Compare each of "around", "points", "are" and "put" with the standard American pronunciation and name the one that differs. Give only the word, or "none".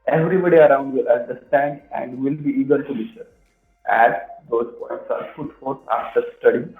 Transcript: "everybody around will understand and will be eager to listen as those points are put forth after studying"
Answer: put